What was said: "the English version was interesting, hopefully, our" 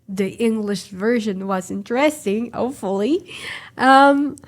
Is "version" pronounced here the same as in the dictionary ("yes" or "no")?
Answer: yes